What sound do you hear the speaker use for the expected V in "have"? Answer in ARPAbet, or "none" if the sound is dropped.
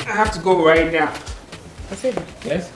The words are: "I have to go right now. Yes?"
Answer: F